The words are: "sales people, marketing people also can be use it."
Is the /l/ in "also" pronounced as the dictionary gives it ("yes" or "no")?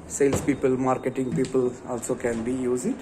yes